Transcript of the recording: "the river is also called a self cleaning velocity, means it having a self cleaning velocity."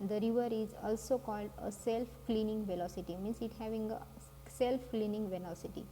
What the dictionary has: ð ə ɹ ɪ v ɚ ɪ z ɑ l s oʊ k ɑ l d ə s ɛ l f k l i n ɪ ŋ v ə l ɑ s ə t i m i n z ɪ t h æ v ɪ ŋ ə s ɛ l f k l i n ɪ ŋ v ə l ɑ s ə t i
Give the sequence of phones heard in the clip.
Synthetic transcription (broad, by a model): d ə ɹ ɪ v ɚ ɪ z ɑ l s oʊ k ɑ l d ə s ɛ l f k l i n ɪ ŋ v ə l ɑ s ə t i m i n s ɪ t h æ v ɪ ŋ ə s ɛ l f k l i n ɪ ŋ v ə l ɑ s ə t i